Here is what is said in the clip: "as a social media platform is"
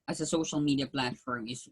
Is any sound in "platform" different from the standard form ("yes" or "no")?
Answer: no